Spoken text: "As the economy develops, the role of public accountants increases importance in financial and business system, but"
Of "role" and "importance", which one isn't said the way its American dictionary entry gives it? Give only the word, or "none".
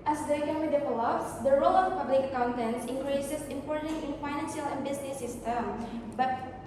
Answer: importance